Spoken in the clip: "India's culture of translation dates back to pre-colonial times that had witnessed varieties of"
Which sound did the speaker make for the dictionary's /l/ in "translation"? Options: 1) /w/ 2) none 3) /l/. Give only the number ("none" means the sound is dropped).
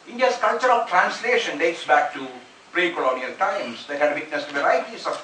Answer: 3